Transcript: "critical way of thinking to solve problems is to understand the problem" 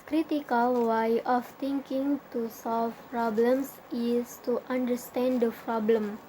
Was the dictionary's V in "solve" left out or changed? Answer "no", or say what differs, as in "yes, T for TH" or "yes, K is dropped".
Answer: yes, F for V